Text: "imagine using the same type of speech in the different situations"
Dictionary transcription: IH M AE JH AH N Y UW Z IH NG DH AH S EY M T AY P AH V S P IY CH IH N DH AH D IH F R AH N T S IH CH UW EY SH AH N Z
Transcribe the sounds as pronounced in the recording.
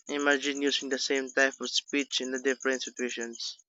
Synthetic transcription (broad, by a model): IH M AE JH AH N Y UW S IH NG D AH S EY M T AY P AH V S P IY CH IH N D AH D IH F R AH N T S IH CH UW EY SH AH N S